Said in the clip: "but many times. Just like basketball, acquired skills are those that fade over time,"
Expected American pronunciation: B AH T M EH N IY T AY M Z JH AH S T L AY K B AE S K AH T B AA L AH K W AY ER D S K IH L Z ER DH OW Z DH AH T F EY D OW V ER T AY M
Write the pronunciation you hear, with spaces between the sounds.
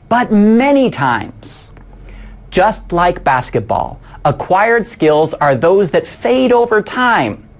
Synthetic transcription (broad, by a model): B AH T M EH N IY T AY M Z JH AH S T L AY K B AE S K AH T B AA L AH K W AY ER D S K IH L Z ER DH OW Z DH AH T F EY D OW V ER T AY M